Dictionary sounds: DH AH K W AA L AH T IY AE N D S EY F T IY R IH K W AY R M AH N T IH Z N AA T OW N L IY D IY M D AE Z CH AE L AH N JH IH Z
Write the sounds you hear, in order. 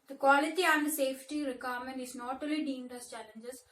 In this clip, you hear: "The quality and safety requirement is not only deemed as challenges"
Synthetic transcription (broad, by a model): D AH K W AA L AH T IY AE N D S EY F T IY R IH K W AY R M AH N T IH Z N AA T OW L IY D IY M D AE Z CH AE L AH N JH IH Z